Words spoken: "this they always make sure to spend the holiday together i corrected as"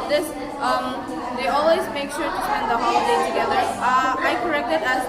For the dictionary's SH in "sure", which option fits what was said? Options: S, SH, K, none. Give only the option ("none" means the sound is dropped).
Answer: SH